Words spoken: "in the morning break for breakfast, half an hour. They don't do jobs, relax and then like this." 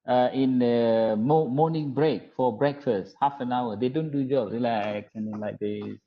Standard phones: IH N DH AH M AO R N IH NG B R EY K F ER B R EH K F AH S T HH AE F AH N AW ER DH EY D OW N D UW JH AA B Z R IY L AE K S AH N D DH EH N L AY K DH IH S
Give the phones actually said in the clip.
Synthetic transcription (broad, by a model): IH N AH M AO N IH NG B R EY K F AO B R EH K F AH S T HH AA F AH N AW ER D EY D OW N D UW JH AA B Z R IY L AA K AH N D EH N L AY K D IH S